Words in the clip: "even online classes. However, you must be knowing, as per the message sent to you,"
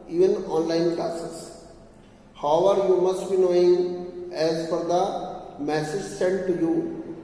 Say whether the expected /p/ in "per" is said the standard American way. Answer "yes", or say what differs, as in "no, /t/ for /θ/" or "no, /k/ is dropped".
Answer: no, /f/ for /p/